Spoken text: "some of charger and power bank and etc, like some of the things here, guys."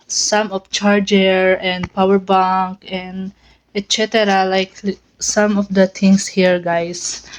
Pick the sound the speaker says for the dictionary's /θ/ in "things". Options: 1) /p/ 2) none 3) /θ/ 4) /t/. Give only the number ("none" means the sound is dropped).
4